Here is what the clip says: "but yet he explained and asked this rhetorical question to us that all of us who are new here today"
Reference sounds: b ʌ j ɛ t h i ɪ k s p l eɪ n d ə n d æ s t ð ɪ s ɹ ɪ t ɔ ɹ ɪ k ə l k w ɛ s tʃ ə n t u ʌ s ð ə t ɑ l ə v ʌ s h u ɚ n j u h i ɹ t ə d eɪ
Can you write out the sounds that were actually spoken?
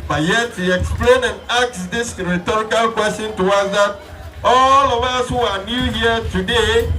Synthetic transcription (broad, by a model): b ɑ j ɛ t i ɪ k s p l eɪ n ə n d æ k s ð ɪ s ɹ ɪ t ɔ ɹ ɪ k ə l k w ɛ s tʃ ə n t u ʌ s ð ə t ɑ l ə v ʌ s h u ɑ n j u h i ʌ t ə d eɪ